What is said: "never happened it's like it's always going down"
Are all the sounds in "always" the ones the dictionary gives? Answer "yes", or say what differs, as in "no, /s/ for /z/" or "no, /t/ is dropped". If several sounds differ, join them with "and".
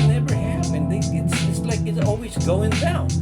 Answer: yes